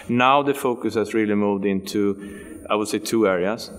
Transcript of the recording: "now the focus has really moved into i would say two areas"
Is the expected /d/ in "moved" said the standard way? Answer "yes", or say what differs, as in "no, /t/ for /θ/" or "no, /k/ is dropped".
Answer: yes